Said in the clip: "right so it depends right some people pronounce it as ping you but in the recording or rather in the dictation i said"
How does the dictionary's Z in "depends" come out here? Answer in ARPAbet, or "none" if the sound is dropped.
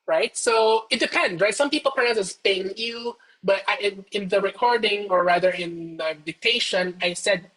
none